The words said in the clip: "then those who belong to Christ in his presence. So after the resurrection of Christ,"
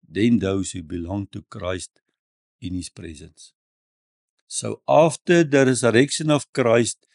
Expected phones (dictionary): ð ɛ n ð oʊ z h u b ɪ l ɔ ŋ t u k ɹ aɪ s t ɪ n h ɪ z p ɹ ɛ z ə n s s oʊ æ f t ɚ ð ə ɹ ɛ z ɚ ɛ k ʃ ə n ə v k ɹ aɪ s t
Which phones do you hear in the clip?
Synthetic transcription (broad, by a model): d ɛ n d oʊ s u b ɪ l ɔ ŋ t u k ɹ aɪ s t ɪ n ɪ s p ɹ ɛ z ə n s s oʊ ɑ f t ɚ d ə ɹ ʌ s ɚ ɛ k s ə n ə f k ɹ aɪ s t